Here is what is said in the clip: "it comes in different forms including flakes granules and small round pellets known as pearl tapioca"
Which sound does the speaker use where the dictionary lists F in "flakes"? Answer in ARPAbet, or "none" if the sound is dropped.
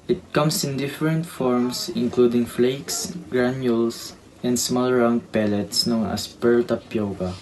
F